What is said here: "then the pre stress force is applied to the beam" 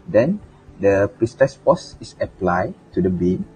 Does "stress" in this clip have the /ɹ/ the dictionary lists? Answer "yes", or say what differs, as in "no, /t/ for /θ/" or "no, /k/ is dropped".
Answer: no, /ɹ/ is dropped